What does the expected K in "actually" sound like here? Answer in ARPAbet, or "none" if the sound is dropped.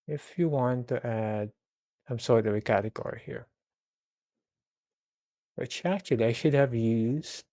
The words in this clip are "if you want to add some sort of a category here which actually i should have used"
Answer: none